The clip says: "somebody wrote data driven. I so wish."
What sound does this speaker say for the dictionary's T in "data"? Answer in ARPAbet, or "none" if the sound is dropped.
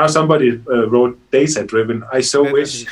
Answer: S